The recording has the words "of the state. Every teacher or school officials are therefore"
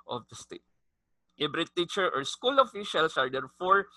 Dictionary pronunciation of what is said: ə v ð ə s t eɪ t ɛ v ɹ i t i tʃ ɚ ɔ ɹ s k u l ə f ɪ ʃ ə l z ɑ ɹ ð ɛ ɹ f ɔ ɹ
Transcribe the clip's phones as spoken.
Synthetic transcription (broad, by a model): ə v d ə s t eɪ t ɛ b ɹ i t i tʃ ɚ ɔ ɹ s k u l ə f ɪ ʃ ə l s ɑ ɹ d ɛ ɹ f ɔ ɹ